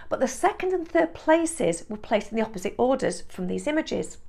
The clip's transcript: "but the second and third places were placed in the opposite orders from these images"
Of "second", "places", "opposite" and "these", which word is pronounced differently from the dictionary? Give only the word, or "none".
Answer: none